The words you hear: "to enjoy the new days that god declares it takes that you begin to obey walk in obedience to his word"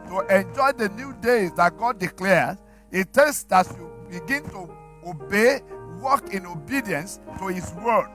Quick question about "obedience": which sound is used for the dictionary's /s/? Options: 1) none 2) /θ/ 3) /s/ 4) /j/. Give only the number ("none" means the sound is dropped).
3